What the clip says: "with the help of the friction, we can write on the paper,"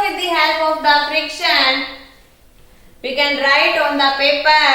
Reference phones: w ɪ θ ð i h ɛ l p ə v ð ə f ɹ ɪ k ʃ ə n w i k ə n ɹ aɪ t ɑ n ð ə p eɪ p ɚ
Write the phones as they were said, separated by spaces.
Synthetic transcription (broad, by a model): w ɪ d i h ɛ l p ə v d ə f ɹ ɪ k ʃ ə n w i k ə n ɹ aɪ t ɑ n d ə p eɪ p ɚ